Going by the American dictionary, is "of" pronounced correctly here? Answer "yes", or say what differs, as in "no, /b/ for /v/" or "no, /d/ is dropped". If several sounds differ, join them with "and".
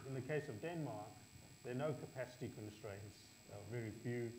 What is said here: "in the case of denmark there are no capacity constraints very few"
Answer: yes